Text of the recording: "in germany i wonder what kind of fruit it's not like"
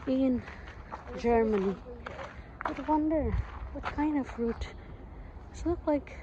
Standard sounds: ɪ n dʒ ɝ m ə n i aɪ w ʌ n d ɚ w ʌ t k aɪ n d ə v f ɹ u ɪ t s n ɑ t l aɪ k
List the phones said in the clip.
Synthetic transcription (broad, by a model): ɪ n dʒ ɝ m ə n i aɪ w ʌ n d ɚ w ʌ t k aɪ n d ə v f ɹ u t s l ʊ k l aɪ k